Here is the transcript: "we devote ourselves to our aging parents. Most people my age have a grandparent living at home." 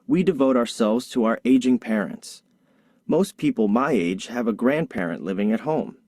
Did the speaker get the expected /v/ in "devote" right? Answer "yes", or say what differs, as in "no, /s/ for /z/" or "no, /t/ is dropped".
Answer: yes